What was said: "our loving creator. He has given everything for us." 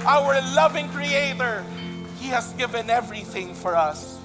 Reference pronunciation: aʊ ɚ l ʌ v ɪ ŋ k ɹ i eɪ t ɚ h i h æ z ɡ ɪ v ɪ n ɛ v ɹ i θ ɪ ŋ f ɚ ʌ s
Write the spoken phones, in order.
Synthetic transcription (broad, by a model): aʊ ɚ l ʌ v ɪ ŋ k ɹ i eɪ t ɚ h i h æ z ɡ ɪ v ɪ n ɛ v ɹ i θ ɪ ŋ f ɚ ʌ s